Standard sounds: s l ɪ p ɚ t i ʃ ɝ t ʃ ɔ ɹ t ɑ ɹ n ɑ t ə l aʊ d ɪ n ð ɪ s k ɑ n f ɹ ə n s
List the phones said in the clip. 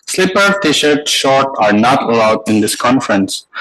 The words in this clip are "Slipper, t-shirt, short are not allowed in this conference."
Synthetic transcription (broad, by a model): s l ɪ p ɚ t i ʃ ɝ t ʃ ɔ ɹ t ɑ ɹ n ɑ t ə l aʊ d ɪ n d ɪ s k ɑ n f ɹ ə n s